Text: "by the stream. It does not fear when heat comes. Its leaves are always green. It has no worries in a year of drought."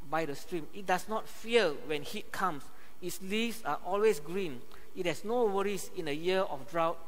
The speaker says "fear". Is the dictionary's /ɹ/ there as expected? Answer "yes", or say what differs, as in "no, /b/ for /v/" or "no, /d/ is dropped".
no, /l/ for /ɹ/